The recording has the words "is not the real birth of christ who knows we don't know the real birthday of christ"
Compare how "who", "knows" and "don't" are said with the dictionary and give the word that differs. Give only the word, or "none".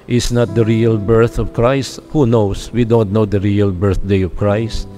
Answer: knows